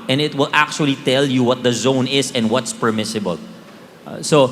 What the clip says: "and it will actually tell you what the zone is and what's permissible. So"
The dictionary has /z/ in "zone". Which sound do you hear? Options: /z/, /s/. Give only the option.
/z/